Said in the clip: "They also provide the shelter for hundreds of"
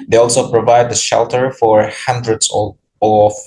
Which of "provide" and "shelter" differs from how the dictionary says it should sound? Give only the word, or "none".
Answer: none